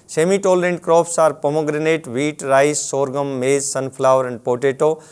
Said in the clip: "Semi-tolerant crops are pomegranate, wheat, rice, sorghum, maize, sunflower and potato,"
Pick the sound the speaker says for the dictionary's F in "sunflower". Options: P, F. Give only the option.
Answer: P